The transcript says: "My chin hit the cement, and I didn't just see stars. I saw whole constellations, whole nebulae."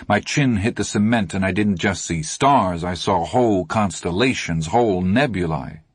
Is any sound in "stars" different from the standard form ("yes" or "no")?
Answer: no